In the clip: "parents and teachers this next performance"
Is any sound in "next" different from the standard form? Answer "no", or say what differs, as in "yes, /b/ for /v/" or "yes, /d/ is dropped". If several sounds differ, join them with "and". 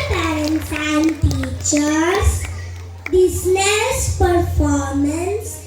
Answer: yes, /k/ is dropped